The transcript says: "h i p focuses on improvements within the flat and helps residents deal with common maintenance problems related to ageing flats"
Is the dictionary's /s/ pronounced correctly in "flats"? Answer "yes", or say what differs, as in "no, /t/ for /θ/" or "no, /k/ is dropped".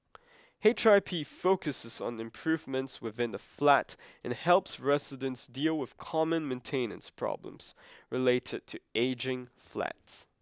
yes